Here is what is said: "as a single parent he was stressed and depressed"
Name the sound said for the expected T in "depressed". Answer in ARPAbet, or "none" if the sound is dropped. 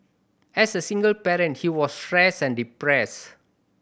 none